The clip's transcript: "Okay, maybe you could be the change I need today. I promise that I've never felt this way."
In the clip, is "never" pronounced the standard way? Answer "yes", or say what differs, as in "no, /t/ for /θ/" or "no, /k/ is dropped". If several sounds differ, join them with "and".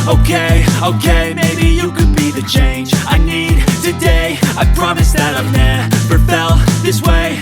no, /p/ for /v/